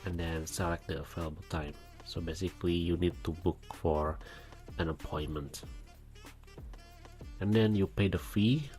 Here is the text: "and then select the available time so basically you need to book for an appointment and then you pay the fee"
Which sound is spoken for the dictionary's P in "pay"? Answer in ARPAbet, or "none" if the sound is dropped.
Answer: P